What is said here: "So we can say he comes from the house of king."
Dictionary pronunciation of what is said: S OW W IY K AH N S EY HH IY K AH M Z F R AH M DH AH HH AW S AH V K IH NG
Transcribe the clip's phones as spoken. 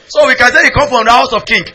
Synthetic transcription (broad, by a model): S OW W IY K AH N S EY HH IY K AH M F R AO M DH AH HH AW S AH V K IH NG